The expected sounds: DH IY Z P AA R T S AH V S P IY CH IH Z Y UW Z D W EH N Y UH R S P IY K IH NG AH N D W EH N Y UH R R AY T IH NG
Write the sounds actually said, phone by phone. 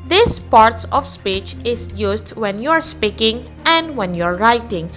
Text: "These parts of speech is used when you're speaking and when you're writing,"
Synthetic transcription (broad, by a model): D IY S P AA R T S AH F S P IY CH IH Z Y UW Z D W EH N Y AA R S P IY K IH NG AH N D W EH N Y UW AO R AY T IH NG